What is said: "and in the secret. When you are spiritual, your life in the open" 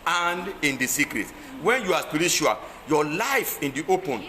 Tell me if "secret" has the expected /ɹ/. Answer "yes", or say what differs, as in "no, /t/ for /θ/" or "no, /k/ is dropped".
yes